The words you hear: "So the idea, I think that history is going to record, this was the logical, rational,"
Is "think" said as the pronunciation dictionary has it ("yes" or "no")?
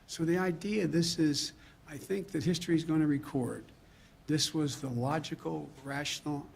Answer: yes